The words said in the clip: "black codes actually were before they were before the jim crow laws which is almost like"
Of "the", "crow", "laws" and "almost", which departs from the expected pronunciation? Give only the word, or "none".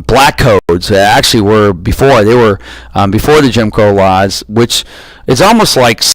crow